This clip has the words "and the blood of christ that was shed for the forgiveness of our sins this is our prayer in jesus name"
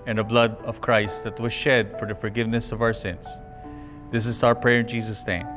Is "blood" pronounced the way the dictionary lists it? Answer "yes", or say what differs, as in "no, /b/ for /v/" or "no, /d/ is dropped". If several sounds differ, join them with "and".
yes